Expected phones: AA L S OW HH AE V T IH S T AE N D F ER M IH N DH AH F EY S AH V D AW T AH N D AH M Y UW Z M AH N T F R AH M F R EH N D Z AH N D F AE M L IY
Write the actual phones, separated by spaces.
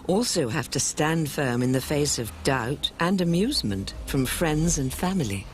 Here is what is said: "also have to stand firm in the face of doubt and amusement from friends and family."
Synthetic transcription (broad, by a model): AA L S OW HH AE F T IH S T AE N D F ER M IH N DH AH F EY S AH V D AW T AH N AH M Y UW Z M AH N T F R AH M F R EH N D Z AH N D F AE M L IY